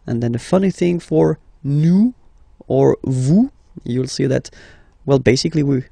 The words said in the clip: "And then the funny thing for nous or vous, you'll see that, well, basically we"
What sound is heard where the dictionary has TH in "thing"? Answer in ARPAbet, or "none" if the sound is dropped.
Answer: TH